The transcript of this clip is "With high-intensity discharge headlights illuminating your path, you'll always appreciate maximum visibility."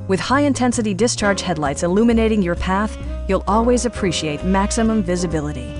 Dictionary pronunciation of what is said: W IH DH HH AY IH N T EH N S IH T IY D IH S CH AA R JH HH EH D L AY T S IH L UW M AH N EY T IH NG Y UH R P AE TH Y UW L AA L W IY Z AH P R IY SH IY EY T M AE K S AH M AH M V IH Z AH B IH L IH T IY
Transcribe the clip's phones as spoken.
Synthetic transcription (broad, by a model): W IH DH HH AY IH N T EH N S IH T IY D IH S CH AA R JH HH EH D L AY T S IH L UW M AH N EY T IH NG Y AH R P AE TH Y UW L AA L W IY Z AH P R IY SH IY EY T M AE K S AH M AH M V IH Z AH B IH L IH T IY